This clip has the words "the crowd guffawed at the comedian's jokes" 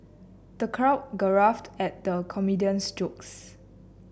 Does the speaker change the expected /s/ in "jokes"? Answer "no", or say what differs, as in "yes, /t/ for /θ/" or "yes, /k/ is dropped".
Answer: no